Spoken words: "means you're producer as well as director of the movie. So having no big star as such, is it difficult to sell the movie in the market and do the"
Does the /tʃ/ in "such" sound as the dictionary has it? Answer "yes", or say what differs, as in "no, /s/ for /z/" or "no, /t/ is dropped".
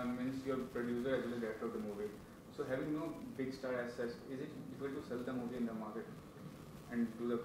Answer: no, /s/ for /tʃ/